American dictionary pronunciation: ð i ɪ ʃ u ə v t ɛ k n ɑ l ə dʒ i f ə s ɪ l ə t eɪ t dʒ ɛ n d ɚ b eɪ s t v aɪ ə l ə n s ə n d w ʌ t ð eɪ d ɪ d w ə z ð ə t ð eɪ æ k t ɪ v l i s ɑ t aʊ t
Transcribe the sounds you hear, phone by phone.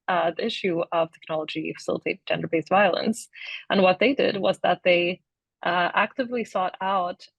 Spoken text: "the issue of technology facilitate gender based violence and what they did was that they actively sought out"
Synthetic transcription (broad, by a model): ð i ɪ ʃ u ə v t ɛ k n ɑ l ə dʒ i f ə s ɪ l ə t eɪ t dʒ ɛ n d ɚ b eɪ s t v aɪ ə l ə n s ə n w ʌ t ð eɪ d ɪ d w ə z ð ə t ð eɪ æ k t ɪ v l i s ɑ t aʊ t